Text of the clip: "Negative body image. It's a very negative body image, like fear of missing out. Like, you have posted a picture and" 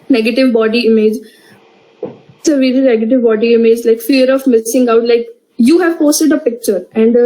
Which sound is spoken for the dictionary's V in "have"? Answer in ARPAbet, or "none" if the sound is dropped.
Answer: V